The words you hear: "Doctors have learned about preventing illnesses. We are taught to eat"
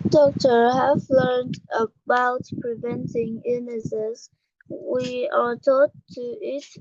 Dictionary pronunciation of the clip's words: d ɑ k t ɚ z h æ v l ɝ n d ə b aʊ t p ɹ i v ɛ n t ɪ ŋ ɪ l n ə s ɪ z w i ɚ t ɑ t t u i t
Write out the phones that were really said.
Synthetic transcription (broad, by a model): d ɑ k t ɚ h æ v l ɝ n d ə b aʊ t p ɹ i v ɛ n t ɪ ŋ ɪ n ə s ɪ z w i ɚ t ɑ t t u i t